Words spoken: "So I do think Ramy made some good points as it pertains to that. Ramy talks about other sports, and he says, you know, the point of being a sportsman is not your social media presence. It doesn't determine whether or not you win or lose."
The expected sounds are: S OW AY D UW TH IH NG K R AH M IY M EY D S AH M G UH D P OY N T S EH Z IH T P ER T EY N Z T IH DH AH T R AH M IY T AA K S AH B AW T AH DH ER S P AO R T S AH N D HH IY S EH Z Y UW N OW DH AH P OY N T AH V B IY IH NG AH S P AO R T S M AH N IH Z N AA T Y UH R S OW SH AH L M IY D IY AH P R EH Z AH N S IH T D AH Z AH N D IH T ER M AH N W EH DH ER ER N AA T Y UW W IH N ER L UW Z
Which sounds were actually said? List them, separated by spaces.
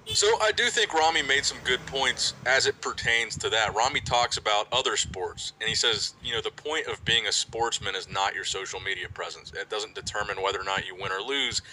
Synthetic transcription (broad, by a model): S OW AY D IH TH IH NG K R AH M IY M EY D S AH M G UH D P OY N T S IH Z IH T P ER T EY N Z T IH DH AH T R AH M IY T AA K S AH B AW T AH DH ER S P AO R T S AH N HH IY S EH Z Y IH N OW DH AH P OY N T AH V B IY IH NG AH S P AO R T S M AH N IH Z N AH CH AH R S OW SH L M IY D IY AH P R EH Z AH N S IH T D AH Z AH N D IH T ER M AH N W EH DH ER ER N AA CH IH W IH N ER L UW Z